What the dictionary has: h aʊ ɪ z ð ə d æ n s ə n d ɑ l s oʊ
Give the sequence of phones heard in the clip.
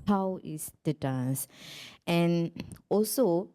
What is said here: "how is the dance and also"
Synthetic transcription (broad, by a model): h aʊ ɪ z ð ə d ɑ s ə n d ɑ l s oʊ